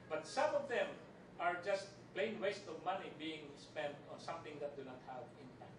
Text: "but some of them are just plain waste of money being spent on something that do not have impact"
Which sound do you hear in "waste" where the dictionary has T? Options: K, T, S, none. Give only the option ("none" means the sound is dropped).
T